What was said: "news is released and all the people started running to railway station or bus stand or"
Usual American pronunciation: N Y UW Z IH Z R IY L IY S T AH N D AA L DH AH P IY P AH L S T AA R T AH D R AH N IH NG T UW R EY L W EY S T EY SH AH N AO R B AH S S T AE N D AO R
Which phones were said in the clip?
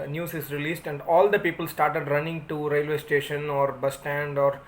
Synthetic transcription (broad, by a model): N Y UW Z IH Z R IY L IY S T AH N D AA L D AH P IY P AH L S T AA R T AH D R AH N IH NG T UW R EY L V EY S T EY SH AH N AO R B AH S S T AE N D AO R